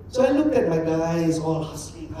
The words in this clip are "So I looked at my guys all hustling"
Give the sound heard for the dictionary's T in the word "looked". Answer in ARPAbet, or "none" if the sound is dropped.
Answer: none